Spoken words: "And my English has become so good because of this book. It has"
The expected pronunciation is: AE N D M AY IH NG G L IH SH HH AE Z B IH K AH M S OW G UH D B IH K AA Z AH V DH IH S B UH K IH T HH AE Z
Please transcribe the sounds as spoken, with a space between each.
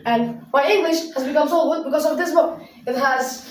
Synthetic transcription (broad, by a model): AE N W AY IH NG G L IH SH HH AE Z B IH K AH M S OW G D B IH K AA Z AH V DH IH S B UH K IH T HH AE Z